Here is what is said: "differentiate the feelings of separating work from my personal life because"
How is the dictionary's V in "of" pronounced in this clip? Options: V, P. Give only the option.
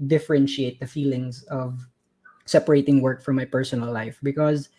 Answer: V